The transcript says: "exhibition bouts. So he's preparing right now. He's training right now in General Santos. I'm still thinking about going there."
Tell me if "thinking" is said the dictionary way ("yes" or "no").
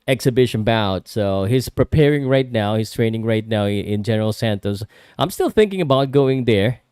yes